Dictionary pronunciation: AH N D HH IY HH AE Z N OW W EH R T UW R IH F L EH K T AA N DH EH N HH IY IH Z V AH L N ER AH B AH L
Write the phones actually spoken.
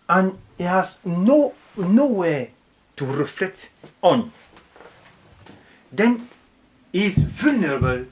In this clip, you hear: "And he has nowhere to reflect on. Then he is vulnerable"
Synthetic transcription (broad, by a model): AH N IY HH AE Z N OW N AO W T UW R IH F L EH K T AA N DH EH N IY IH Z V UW L N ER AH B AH L